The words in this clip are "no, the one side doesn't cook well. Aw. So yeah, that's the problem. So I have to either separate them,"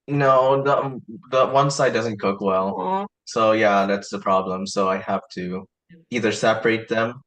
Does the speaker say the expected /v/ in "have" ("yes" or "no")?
no